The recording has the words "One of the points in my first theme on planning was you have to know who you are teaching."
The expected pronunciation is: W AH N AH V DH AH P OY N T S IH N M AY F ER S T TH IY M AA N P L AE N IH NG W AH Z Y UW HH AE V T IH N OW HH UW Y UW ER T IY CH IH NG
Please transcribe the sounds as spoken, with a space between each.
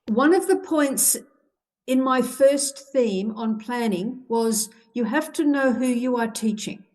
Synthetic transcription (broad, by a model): W AH N AH V DH AH P OY N T S IH N M AY F ER S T TH IY M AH N P L AE N IH NG W AH Z Y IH HH AE F T IH N OW HH UW Y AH ER T IY CH IH NG